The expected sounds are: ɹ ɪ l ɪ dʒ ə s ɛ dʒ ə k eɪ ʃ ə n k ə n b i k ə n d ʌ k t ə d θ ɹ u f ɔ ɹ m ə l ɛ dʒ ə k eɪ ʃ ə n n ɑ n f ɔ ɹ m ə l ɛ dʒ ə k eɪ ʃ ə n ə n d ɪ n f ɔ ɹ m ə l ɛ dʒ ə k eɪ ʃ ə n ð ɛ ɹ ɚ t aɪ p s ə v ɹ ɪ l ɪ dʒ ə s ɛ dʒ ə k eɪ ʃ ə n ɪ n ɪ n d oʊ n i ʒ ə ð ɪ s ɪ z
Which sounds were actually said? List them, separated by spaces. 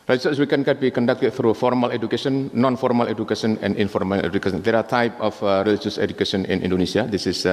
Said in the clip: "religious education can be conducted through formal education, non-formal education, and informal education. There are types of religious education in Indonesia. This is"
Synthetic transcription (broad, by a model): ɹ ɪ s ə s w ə k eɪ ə n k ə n b i k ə n d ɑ k t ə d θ ɹ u f ɔ ɹ m ə l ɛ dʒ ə k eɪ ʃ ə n n ɑ n f ɔ ɹ m ə l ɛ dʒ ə k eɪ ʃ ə n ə n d ɪ n f ɔ ɹ m ə l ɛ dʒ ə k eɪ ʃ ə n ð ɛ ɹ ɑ t aɪ p ə f ɹ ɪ l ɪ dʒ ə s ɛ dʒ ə k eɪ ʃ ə n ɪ n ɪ n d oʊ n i s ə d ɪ s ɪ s